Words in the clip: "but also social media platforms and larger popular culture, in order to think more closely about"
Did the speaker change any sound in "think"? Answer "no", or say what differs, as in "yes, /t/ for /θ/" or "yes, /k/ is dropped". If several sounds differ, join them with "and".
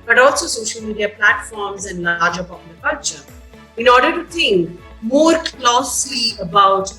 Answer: yes, /t/ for /θ/